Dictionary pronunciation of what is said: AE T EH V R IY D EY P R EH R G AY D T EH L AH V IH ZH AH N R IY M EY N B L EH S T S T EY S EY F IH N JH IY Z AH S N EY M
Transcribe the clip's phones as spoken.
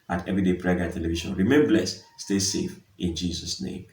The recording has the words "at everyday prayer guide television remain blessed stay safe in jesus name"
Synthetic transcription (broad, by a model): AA T EH V R IY D EY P R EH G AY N T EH L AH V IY SH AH N R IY M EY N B L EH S S T EY S EY F IH N JH IY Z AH S N EY M